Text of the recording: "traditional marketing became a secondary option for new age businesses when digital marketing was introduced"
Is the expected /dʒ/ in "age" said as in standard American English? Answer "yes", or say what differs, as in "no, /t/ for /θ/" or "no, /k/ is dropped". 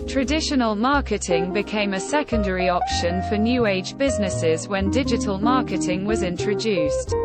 yes